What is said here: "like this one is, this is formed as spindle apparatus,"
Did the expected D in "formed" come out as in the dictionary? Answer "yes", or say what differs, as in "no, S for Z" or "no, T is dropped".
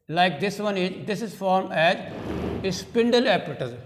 no, D is dropped